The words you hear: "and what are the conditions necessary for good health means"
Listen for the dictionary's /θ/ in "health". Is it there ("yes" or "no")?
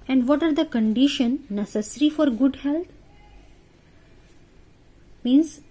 no